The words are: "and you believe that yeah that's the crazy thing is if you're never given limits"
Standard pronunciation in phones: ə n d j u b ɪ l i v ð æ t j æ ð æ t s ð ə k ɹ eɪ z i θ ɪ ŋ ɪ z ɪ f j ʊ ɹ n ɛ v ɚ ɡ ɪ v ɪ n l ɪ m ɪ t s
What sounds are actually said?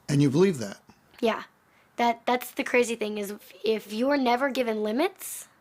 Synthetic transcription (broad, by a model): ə n j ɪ b ɪ l i v ð æ t j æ ð æ t s ð ə k ɹ eɪ z i θ ɪ ŋ ɪ z ɪ f j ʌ ɹ n ɛ v ɚ ɡ ɪ v ɪ n l ɪ m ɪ t s